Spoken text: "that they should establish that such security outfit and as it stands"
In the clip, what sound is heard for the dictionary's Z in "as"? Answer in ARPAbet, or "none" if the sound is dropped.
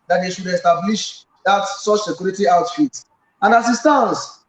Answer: S